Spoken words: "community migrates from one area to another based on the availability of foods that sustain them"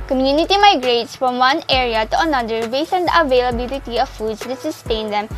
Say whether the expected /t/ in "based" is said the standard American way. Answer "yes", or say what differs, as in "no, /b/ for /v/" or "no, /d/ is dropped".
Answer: no, /t/ is dropped